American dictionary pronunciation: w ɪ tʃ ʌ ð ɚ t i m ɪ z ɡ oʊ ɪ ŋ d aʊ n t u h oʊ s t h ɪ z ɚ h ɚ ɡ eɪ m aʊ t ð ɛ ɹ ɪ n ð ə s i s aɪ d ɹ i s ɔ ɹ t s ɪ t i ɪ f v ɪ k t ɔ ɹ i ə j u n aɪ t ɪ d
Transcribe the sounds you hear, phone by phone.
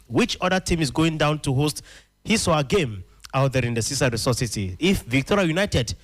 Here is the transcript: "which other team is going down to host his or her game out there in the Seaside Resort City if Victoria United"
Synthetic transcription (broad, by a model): w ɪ tʃ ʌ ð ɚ t i m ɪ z ɡ oʊ ɪ ŋ d aʊ n t u h oʊ s t h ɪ s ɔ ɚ ɡ eɪ m aʊ t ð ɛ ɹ ɪ n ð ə s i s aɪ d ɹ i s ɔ s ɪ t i ɪ f v ɪ k t ɔ ɹ i ə j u n aɪ t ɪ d